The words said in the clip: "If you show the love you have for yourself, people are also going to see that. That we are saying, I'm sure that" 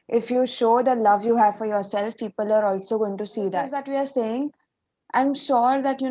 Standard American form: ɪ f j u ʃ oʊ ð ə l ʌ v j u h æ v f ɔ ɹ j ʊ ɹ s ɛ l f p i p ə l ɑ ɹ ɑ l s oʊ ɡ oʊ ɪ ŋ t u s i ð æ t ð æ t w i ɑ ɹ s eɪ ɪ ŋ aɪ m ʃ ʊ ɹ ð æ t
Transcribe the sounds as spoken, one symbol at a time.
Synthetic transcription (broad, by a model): ɪ f j u ʃ oʊ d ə l ʌ v j u h æ v f ɔ ɹ j ʊ ɹ s ɛ l f p i p ə l ɑ ɹ ɑ l s oʊ ɡ oʊ ɪ ŋ t u s i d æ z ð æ t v i ɑ ɹ s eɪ ɪ ŋ aɪ m ʃ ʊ ɹ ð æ t